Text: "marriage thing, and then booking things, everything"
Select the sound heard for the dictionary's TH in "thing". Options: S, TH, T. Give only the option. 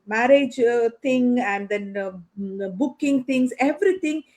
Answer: T